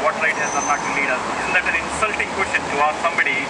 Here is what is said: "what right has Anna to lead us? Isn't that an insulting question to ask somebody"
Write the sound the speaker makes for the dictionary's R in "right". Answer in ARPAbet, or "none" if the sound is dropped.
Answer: L